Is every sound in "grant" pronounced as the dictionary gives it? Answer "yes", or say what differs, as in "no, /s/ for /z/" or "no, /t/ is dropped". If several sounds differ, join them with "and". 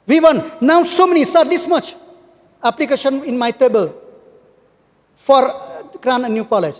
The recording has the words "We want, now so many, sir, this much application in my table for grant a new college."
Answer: no, /t/ is dropped